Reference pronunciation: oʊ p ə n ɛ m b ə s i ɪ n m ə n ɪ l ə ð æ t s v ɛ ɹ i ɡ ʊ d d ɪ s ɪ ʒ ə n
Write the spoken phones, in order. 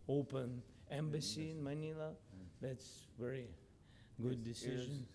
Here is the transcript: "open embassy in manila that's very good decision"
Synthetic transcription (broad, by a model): oʊ p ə n ɛ m b ə s i ɪ n m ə n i l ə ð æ t s v ɛ ɹ i ɡ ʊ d d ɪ s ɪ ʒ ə n